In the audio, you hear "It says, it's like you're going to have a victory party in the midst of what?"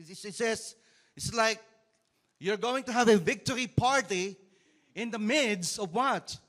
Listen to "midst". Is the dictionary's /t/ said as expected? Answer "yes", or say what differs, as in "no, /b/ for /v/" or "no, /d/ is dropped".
no, /t/ is dropped